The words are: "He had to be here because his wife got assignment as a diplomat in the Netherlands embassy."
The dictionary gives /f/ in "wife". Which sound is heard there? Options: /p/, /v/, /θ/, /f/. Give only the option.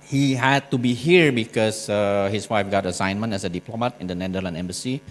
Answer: /f/